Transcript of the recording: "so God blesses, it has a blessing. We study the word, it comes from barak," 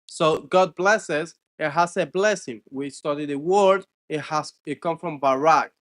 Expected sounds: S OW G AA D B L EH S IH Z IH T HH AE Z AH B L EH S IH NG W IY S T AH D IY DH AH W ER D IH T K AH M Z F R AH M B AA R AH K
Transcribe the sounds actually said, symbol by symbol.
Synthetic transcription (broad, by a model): S OW G AA D B L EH S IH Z IH T HH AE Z AH B L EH S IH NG W IY S T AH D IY DH AH W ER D IH T K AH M F R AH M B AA R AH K